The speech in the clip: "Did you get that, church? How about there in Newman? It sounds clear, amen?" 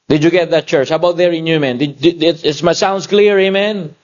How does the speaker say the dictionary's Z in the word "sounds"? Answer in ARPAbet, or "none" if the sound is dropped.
S